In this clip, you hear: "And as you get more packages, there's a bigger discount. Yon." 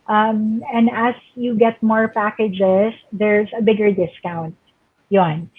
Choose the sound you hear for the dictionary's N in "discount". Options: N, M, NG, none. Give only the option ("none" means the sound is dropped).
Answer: N